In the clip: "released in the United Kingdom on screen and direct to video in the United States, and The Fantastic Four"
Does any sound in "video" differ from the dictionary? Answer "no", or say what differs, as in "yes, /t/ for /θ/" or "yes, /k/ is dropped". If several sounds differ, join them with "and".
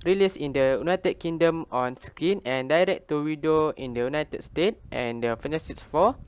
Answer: yes, /w/ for /v/